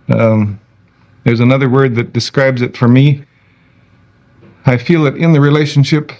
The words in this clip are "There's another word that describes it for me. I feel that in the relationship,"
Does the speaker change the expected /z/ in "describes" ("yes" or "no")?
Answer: no